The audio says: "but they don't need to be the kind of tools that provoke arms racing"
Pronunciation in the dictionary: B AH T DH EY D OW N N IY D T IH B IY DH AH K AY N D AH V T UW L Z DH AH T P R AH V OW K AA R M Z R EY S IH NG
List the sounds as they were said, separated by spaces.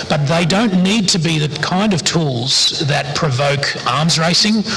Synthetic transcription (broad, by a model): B AH T DH EY D OW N N IY D T IH B IY DH AH K AY N D AH V T UW L Z DH AH T P R AH V OW K AA R M Z R EY S IH NG